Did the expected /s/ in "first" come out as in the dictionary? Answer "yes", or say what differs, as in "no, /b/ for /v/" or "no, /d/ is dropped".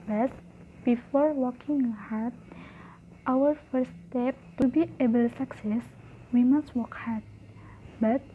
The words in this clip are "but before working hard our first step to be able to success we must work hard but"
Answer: no, /s/ is dropped